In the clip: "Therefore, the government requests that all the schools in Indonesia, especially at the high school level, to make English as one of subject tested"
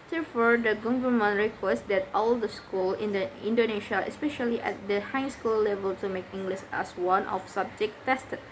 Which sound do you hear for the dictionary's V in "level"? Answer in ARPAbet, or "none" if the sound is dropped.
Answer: V